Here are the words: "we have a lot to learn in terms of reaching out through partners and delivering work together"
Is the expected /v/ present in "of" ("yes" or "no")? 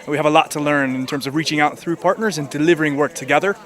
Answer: yes